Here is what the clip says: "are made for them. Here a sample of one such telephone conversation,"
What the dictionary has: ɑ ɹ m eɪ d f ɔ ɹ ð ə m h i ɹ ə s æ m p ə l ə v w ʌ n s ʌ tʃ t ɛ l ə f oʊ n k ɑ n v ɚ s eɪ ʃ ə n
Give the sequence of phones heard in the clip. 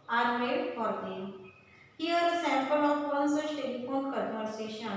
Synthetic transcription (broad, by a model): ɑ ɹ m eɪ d f ɔ ɹ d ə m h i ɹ ə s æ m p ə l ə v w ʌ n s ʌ s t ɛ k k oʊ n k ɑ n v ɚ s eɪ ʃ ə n